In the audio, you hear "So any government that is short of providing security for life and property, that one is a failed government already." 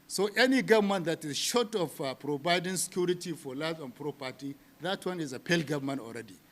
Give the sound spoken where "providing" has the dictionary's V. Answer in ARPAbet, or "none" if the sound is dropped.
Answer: B